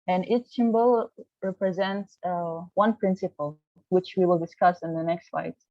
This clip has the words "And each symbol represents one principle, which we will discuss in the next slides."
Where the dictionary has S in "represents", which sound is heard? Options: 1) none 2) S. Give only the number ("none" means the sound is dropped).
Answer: 2